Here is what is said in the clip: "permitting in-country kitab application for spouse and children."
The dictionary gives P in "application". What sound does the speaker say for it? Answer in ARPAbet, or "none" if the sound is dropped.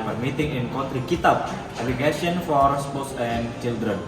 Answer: none